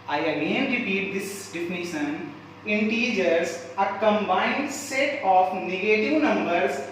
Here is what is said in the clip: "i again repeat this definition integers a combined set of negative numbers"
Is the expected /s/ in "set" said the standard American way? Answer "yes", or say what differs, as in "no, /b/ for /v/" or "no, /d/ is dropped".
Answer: yes